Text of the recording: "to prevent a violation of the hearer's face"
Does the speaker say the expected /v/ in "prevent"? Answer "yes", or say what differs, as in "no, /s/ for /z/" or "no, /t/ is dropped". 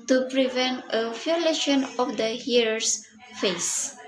yes